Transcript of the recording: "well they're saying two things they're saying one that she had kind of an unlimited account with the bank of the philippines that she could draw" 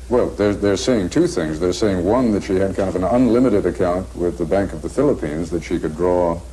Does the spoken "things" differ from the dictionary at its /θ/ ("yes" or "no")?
no